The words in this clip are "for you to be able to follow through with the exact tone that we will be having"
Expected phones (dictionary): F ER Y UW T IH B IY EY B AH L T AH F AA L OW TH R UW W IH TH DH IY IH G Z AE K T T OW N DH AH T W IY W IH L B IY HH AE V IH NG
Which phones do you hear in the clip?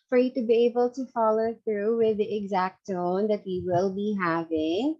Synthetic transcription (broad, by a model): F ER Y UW T IH B IY EY B AH L T AH F AA L OW TH R UW W IH DH IY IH G Z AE K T T OW N DH AH T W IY W IH L B IY HH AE V IH NG